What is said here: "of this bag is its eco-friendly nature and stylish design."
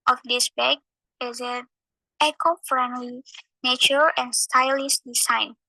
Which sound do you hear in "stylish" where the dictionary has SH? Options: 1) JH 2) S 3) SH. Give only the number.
2